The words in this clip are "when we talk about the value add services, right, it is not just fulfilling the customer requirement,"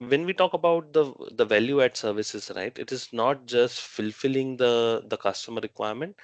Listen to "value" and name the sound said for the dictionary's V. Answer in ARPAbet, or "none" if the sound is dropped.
V